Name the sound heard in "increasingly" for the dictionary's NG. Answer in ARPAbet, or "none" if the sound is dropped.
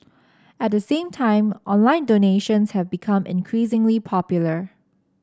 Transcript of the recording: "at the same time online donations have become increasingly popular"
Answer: NG